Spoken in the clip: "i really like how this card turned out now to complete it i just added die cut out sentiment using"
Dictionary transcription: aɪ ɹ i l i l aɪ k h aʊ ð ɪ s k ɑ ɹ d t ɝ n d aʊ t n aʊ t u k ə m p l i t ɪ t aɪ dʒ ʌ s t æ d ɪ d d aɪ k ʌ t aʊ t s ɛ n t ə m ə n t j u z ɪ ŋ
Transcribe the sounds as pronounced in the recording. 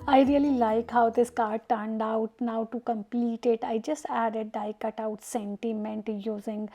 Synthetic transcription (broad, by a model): aɪ ɹ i l i l aɪ k h aʊ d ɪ s k ɑ ɹ d t ɝ n d aʊ t n aʊ t u k ə m p l i t ɪ t aɪ dʒ ʌ s t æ d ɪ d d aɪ k ʌ t aʊ t s ɛ n t ə m ə n t j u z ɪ ŋ